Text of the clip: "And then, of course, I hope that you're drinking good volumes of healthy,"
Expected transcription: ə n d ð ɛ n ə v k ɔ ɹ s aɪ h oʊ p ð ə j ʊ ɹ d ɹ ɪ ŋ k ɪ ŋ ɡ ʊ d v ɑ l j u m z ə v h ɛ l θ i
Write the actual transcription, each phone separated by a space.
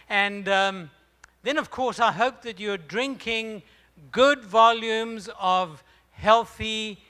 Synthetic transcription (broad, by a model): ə n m ð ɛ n ə v k ɔ ɹ s aɪ h oʊ p ð ə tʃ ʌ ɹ d ɹ ɪ ŋ k ɪ ŋ ɡ ʊ d v ɑ l j u m z ə v h ɛ l θ i